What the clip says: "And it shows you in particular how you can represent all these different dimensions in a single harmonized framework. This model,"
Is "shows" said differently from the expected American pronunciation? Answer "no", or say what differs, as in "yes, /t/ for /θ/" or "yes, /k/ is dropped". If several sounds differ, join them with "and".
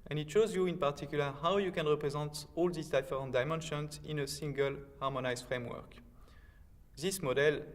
no